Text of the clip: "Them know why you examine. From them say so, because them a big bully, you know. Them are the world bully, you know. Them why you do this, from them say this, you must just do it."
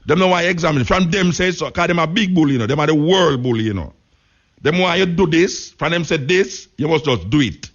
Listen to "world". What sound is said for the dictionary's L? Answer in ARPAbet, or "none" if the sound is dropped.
L